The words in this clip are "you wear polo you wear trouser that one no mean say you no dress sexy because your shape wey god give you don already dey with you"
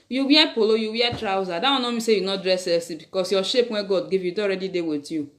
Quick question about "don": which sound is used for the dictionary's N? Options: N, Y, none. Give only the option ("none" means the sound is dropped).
none